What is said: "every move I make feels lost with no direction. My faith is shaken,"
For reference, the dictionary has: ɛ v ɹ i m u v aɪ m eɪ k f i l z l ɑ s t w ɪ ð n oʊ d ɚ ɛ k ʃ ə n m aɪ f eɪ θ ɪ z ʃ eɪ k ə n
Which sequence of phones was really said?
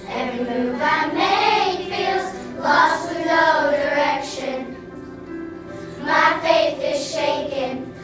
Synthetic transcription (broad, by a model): ɛ v ɹ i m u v aɪ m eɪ f i l z l ɑ s t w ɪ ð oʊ d ɚ ɛ k ʃ ə n m aɪ f eɪ θ ɪ z ʃ eɪ k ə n